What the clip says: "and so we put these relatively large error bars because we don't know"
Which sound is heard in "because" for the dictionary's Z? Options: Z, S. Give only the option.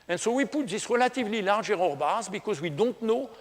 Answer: Z